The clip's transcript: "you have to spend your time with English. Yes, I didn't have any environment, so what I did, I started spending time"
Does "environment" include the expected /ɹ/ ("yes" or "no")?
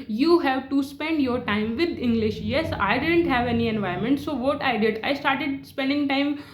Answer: no